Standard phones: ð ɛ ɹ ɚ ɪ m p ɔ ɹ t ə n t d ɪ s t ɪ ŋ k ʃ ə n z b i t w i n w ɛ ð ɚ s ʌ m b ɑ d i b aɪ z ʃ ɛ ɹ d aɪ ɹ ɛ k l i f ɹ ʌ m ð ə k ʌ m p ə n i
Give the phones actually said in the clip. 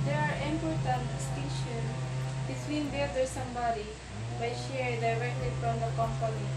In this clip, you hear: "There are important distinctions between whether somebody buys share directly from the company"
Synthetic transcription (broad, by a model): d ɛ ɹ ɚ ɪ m p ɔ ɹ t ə n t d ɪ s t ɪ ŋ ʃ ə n b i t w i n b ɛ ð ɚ s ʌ m b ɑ d i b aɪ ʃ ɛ ɹ d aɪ ɹ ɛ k l i f ɹ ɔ m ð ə k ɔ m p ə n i